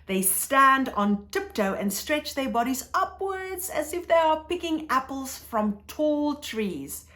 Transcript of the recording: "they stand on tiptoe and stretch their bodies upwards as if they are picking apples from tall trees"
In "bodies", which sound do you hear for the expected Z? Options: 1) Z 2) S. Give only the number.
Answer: 1